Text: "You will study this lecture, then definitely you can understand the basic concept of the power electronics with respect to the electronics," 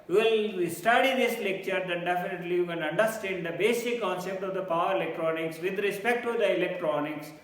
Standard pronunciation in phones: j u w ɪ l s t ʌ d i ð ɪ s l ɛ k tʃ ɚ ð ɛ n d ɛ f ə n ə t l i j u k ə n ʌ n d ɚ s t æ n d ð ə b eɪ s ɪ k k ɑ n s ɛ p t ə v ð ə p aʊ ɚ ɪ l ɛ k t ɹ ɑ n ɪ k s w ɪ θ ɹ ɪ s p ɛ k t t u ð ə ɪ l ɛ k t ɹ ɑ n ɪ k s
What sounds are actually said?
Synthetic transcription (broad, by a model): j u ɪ l s t ʌ d i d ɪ s l ɛ k tʃ ɚ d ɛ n d ɛ f ə n ə t l i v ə l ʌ n d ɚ s t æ n d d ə b eɪ s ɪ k k ɑ n s ɛ p t ə v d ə p aʊ ɚ ɪ l ɛ k t ɹ ɑ n ɪ k s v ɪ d ɹ ɪ s p ɛ k t t u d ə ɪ l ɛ k t ɹ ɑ n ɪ k s